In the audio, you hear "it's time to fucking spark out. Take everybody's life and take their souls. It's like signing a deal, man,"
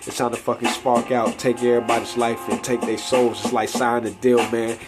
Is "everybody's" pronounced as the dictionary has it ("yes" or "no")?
no